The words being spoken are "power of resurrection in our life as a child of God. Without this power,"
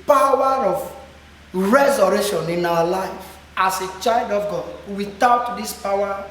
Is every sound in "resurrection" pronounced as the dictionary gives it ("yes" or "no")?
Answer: no